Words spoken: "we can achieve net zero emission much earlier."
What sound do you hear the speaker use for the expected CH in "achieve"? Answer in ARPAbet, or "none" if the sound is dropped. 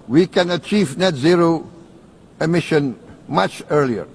CH